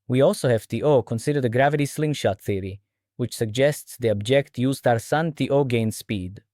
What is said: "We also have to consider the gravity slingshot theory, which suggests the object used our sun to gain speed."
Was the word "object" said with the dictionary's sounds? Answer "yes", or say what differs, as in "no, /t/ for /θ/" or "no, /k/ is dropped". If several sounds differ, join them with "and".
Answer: yes